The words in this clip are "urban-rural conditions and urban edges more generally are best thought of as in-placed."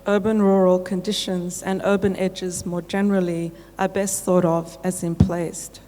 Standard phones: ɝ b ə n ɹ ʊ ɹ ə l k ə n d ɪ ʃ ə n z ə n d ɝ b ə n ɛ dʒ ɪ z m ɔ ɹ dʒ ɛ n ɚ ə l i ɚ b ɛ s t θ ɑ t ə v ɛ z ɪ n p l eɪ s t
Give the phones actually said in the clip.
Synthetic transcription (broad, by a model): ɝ b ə n ɹ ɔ ɹ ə l k ə n d ɪ ʃ ə n z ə n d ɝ b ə n ɛ dʒ ɪ z m ɔ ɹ dʒ ɛ n ɚ ə l i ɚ b ɛ s t θ ɑ t ə v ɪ z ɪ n p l eɪ s t